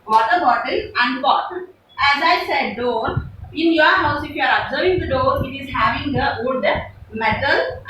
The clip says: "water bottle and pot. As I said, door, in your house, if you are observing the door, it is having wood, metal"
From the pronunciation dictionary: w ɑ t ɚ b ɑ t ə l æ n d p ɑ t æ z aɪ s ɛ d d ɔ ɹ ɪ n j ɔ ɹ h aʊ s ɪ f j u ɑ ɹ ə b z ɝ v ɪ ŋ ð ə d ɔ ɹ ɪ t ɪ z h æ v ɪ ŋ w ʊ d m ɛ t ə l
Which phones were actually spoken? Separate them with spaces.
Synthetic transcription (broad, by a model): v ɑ t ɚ b ɑ t ə l æ n d b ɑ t æ z aɪ s ɛ d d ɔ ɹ ɪ n j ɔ ɹ h aʊ s ɪ f j u ɑ ɹ ə b z ɝ v ɪ ŋ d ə d ɔ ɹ ɪ t ɪ z h æ v ɪ ŋ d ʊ d m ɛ t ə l